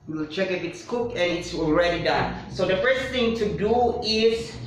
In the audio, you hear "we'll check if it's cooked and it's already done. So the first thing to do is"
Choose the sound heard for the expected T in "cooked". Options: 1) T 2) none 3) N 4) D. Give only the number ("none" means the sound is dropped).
2